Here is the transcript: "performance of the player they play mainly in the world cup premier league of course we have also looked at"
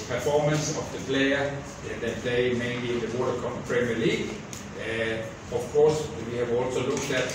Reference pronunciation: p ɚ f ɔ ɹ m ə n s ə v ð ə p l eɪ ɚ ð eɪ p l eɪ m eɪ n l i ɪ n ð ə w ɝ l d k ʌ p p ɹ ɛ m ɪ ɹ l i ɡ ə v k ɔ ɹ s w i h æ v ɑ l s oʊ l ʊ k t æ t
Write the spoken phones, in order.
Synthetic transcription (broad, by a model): p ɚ f ɔ m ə n s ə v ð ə p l eɪ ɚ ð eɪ p l eɪ m eɪ n l i ɪ n ð ə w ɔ d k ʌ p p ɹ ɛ m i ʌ l i ɡ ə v k ɔ s w i h æ v ɑ l s oʊ l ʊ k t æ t